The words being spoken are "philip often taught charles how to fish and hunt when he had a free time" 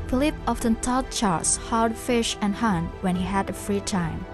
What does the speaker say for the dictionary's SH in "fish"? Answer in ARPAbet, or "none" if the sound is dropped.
SH